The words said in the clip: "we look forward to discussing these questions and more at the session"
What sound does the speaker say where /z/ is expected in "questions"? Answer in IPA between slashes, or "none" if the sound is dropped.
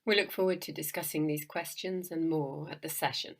/z/